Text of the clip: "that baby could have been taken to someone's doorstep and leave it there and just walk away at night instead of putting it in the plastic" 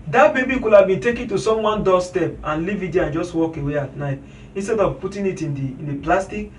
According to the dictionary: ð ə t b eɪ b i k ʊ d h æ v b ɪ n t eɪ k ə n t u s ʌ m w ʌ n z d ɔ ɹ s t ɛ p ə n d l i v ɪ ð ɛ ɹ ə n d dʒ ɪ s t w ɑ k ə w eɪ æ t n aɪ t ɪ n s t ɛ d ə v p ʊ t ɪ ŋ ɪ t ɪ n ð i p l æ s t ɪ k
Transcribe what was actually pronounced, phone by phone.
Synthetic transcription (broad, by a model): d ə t b eɪ b i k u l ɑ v b ɪ n t eɪ k ə n t u s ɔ m w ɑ n d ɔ s t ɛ p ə n l i v ɪ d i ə n dʒ ɪ s t w ɑ k ə w eɪ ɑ t n aɪ t ɪ n s t ɛ d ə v p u t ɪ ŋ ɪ t ɪ n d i p l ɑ s t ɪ k